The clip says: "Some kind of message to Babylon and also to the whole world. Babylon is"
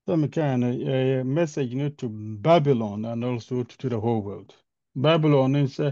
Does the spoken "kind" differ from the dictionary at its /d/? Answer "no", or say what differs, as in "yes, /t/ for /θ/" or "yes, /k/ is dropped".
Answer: yes, /d/ is dropped